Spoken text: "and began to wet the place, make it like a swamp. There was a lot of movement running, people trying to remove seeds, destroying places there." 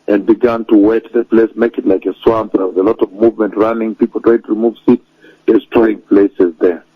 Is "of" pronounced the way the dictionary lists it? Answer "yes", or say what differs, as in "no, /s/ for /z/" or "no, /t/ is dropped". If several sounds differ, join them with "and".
yes